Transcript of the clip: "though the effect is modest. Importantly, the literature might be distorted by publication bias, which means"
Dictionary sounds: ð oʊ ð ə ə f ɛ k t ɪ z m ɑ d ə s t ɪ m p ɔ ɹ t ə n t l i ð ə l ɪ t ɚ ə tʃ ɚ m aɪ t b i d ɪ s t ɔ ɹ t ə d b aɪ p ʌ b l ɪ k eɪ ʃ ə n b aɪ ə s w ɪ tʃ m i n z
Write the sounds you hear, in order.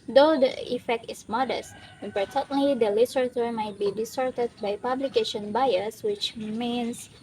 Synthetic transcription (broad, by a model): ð oʊ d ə ə f ɛ k t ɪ s m ɑ d ə s t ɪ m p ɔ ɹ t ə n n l i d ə l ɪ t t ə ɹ m aɪ t b i d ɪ s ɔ ɹ t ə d b aɪ p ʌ b l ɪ k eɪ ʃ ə n b aɪ ə s w ɪ tʃ m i n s